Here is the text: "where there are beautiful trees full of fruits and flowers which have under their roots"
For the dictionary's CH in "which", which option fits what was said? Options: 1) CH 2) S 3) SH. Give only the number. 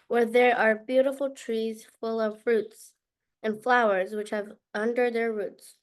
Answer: 1